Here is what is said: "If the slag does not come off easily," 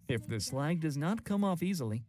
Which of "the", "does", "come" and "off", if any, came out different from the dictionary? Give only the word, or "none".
none